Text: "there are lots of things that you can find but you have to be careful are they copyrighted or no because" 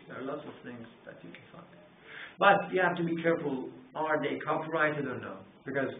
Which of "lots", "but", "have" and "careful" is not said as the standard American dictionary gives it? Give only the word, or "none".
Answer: have